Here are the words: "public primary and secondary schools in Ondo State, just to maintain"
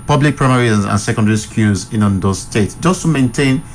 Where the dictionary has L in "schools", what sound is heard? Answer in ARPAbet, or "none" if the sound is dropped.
none